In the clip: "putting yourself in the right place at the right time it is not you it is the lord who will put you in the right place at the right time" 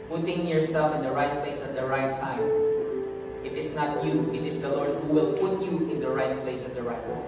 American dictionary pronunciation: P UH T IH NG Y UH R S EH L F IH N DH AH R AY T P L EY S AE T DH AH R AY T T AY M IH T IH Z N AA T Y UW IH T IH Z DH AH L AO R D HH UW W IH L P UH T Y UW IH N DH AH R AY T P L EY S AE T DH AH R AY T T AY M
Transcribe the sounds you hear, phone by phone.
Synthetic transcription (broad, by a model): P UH T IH NG Y UH R S EH L F IH N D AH R AY T P L EY S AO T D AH R AY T T AY M IH T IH S N AA T Y UW IH T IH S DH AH L AO R D HH UW W IH L P UH T Y UW IH N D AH R AY T P L EY S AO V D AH R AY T T AY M